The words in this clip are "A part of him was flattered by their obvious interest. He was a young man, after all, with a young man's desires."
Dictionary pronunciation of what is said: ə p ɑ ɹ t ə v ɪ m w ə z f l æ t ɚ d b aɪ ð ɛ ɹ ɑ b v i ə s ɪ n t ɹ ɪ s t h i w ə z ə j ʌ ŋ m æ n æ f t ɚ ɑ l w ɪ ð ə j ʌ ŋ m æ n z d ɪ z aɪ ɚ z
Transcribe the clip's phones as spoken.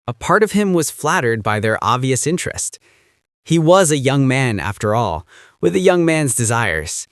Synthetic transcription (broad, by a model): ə p ɑ ɹ t ə v ɪ m w ə z f l æ t ɚ d b aɪ ð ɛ ɹ ɑ b v i ə s ɪ n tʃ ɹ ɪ s t h i w ə z ə j ʌ ŋ m æ n æ f t ɚ ɑ l w ɪ ð ə j ʌ ŋ m æ n z d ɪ z aɪ ɚ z